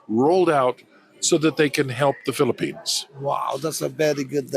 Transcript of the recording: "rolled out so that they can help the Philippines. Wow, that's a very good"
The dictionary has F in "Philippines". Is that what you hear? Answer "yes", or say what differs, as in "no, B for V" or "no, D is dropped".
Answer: yes